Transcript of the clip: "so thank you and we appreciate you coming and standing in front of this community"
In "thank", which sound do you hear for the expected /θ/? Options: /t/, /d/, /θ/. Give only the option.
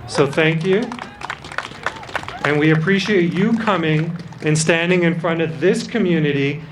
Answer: /θ/